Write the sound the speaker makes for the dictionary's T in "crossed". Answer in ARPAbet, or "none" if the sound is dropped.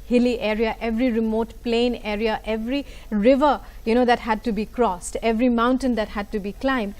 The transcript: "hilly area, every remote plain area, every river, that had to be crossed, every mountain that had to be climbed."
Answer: T